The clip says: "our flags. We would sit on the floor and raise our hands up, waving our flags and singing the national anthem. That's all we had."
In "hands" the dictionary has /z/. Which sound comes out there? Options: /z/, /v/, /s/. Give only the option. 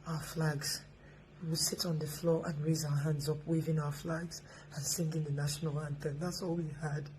/z/